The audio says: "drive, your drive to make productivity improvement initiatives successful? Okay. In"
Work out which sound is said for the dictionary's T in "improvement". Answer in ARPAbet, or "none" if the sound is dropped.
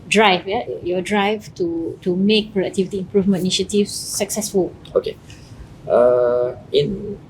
none